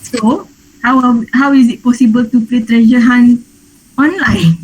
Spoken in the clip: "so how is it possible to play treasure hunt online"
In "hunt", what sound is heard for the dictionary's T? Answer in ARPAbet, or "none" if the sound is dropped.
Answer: none